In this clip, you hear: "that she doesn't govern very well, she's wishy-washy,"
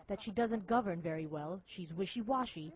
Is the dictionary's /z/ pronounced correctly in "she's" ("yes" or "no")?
yes